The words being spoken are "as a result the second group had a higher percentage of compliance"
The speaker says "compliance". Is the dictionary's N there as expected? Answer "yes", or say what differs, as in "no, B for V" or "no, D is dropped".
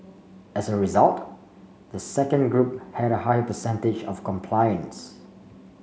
yes